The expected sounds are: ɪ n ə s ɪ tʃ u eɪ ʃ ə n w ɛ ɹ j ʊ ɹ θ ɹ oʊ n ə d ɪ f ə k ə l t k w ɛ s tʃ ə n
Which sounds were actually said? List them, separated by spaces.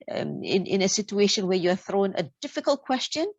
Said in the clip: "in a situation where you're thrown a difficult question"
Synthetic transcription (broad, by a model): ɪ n ə s ɪ tʃ u eɪ ʃ ə n w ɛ ɹ j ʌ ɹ θ ɹ oʊ n ə d ɪ f ə k ə l t k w ɛ s tʃ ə n